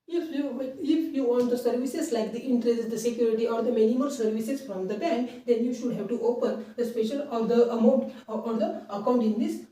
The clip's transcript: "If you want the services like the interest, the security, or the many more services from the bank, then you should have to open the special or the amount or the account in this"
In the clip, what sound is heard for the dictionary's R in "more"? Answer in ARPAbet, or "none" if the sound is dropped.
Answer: L